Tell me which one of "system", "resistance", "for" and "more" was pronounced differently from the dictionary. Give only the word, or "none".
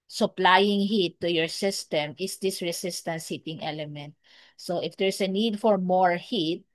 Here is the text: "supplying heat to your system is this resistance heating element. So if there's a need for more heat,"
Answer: resistance